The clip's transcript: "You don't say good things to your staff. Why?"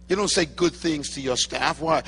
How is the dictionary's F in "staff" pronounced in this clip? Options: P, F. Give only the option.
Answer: F